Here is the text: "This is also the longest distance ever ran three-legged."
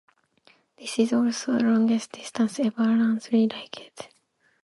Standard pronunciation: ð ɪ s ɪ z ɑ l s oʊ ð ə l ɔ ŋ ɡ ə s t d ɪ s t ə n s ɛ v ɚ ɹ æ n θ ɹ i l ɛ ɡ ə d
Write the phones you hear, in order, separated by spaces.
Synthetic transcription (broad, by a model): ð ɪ s ɪ z ɑ l s oʊ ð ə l ɔ ŋ ɡ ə s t d ɪ s t ə n s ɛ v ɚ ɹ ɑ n s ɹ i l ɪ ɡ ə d